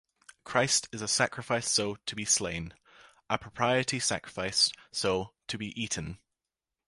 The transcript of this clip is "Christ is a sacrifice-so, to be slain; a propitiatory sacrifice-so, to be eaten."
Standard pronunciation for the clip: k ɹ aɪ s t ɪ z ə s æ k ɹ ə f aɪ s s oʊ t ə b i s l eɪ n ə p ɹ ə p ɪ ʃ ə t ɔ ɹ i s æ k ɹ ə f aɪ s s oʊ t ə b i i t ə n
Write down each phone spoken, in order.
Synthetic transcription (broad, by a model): k ɹ aɪ s t ɪ z ə s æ k ɹ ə f aɪ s s oʊ t ə b i s l eɪ n ə p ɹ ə p ɪ ə t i s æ k ɹ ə f aɪ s s oʊ t ə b i i t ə n